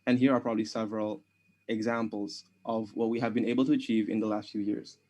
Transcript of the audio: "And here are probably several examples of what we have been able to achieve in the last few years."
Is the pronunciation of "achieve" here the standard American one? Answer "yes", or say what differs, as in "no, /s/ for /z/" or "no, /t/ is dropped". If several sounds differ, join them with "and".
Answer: yes